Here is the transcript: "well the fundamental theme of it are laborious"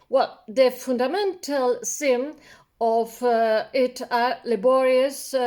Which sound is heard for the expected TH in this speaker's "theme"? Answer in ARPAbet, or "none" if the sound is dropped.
S